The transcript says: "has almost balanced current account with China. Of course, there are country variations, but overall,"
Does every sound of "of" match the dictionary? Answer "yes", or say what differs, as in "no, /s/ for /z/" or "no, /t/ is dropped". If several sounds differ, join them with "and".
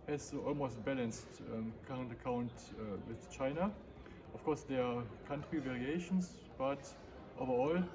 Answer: no, /f/ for /v/